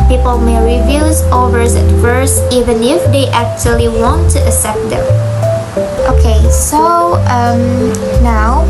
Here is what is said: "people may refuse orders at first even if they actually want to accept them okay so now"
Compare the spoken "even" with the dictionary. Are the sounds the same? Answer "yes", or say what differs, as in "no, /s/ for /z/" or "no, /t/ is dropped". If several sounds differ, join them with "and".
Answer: yes